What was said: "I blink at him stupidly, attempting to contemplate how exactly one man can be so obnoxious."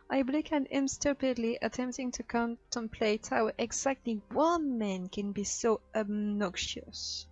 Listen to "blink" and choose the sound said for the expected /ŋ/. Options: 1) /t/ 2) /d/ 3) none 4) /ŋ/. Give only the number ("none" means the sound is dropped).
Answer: 3